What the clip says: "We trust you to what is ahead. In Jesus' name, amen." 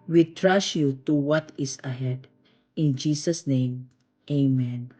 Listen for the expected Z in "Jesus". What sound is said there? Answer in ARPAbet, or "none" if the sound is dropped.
S